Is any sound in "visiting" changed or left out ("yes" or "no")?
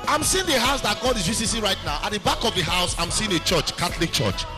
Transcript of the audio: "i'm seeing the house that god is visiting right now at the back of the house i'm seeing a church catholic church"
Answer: yes